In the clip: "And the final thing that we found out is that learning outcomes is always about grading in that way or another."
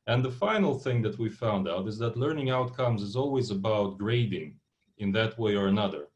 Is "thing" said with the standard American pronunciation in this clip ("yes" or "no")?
yes